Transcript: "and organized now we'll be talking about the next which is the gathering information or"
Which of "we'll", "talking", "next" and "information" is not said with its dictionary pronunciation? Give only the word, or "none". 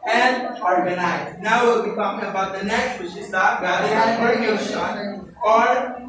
information